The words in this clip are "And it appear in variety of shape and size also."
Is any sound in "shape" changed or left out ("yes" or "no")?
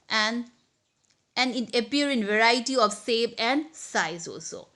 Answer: yes